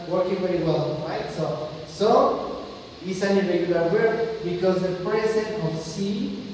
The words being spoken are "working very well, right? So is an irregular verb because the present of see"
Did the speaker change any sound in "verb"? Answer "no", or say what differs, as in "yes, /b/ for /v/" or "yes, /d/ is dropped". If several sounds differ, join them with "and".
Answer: yes, /w/ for /v/